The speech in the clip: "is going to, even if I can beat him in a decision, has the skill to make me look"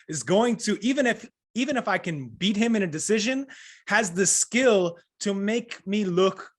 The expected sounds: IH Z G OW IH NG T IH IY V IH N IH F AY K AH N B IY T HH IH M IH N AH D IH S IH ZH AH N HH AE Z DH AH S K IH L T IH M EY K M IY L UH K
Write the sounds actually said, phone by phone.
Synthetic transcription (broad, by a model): IH Z G OW IH NG T IH IY V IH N IH F AY K AH N B IY T HH IH M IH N AH D IH S IH ZH AH N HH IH Z DH AH S K IH L T IH M EY K M IY L UH K